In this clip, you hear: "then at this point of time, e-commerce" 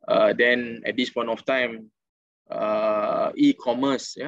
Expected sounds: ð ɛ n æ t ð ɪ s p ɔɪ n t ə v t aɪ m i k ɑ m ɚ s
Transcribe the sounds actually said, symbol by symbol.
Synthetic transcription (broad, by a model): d ɛ n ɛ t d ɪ s p ɔɪ n t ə f t aɪ m i k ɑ m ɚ s